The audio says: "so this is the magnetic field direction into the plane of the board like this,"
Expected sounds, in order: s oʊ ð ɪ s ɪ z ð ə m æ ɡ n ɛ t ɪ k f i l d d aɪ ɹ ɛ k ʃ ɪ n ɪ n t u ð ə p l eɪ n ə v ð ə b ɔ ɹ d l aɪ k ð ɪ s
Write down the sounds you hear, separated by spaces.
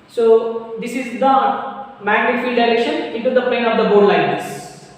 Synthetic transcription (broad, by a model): s oʊ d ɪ s ɪ z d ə m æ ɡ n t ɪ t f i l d d aɪ ɹ ɛ k ʃ ɪ n ɪ n t u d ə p eɪ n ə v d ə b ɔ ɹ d l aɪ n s